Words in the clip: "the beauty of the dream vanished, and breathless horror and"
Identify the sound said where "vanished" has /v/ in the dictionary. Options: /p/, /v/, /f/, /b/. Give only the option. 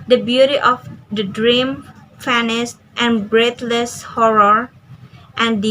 /f/